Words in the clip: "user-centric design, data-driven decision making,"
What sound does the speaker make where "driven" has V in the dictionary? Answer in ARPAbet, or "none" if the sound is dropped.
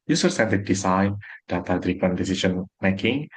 P